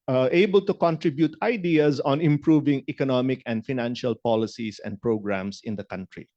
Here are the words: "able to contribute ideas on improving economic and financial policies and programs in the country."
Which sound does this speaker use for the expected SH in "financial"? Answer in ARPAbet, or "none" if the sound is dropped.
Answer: SH